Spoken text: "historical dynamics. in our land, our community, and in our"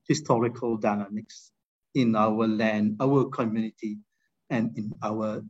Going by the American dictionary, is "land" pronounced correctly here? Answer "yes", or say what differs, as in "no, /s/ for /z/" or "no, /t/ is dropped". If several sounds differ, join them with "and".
yes